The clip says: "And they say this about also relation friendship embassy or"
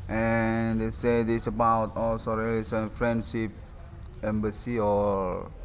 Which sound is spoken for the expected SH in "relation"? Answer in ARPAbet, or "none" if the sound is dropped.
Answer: S